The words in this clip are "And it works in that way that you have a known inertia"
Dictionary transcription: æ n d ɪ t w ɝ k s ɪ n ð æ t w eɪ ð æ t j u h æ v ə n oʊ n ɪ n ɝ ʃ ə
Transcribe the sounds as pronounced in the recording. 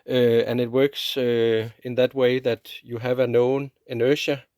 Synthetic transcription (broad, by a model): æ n ɪ t w ɝ k s ɪ n ð æ t w eɪ ð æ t j u h æ v ə n oʊ n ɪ n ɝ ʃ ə